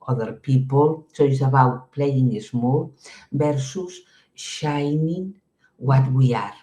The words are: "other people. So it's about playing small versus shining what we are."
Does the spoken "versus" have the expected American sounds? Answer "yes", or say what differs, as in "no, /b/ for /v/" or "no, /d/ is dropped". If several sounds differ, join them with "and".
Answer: no, /b/ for /v/